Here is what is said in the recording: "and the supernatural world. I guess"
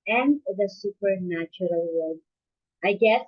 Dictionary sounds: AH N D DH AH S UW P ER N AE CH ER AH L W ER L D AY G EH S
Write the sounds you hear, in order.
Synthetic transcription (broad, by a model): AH N DH AH S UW P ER N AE CH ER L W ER D AY G EH S